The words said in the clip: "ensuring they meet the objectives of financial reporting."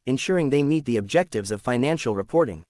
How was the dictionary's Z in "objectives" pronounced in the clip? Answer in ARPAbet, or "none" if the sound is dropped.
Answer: Z